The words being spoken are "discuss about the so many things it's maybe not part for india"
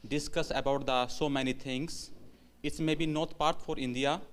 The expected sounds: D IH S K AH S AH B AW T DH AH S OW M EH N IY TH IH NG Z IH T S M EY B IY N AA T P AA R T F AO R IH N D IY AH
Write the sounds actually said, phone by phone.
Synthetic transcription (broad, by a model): D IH S K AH S AH B AW T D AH S OW M EH N IY T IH NG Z IH T S M EY B IY N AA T P AA R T F AO R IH N D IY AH